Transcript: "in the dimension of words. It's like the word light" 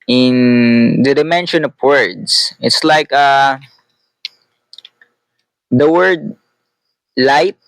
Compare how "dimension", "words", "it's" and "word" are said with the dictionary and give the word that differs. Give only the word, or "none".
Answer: words